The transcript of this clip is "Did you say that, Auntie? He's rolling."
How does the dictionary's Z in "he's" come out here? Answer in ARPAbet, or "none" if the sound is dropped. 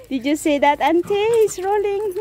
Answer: S